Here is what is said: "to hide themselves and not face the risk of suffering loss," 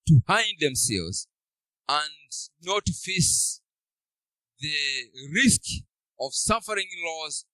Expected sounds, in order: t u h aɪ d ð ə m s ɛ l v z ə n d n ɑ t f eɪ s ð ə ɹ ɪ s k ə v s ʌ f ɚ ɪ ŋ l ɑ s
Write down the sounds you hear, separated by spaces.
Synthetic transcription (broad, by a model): t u h aɪ d ð ə m s ɛ l v z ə n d n ɑ t f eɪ s ð ə ɹ ɪ s k ə v s ʌ f ɚ ɪ ŋ l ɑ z